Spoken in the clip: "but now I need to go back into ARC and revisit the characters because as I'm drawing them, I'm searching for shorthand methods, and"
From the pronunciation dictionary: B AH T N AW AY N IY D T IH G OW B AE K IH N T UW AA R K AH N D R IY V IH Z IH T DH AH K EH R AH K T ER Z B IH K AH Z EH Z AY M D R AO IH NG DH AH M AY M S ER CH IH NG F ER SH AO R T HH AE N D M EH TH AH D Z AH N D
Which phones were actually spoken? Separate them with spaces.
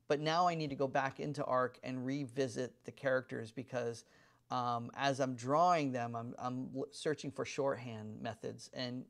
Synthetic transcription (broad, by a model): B AH T N AW AY N IY D T IH G OW B AE K IH N T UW AA R K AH N R IY V IH Z IH T DH AH K EH R AH K T ER Z B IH K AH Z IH Z AY M D R AO IH NG DH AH M AY M S ER CH IH NG F ER SH AO R T HH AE N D M EH TH AH D Z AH N